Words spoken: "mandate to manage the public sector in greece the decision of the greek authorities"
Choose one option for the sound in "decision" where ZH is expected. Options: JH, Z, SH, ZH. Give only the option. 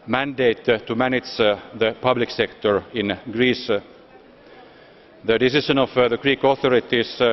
SH